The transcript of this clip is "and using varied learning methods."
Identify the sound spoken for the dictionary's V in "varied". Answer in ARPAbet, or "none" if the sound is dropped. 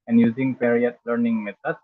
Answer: P